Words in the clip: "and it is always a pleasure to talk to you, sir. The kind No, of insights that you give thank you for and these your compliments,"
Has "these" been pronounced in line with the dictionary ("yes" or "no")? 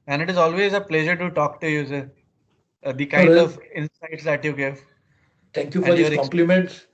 no